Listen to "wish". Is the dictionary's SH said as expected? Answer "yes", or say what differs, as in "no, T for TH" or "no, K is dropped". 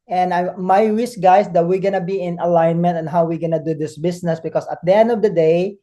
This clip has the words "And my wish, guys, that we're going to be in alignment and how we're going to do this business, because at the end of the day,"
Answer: no, S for SH